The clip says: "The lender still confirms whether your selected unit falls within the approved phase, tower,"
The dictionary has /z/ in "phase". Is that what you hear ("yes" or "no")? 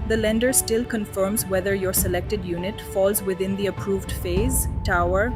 yes